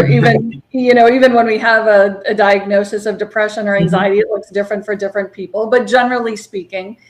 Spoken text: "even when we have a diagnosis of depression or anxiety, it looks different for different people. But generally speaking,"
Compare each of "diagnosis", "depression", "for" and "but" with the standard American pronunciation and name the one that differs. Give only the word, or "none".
none